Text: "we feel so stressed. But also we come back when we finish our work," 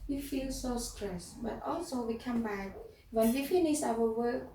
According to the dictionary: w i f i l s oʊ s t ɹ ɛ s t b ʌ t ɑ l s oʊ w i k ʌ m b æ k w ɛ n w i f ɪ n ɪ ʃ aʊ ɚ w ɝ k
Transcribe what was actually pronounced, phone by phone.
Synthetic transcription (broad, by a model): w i f i l s oʊ s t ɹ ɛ s b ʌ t ɑ l s oʊ w i k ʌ m b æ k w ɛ n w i f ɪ n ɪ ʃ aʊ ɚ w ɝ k